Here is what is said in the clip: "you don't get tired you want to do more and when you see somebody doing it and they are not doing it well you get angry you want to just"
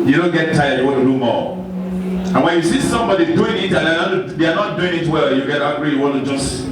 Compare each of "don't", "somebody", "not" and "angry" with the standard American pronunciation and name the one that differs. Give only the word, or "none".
angry